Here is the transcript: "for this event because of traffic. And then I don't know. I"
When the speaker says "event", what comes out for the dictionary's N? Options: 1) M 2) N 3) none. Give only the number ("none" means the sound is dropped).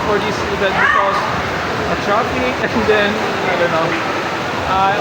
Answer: 3